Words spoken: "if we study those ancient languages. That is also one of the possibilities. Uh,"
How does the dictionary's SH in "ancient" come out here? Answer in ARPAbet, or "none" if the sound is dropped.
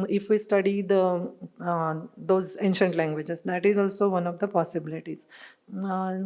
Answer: SH